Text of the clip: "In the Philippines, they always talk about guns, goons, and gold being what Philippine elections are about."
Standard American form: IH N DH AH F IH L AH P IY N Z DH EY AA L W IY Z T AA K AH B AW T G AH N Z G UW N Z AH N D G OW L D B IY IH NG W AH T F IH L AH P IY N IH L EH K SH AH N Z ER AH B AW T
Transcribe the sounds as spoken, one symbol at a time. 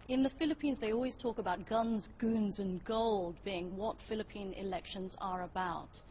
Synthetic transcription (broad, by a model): IH N DH AH F IH L AH P IY N Z DH EY AA L W IY Z T AA K AH B AW T G AH N Z G UW N Z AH N G OW L D B IY IH NG W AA T F IH L AH P IY N IH L EH K SH AH N Z ER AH B AW T